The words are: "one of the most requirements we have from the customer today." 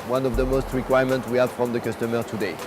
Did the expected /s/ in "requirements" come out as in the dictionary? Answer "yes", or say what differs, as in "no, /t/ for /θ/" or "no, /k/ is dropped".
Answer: no, /s/ is dropped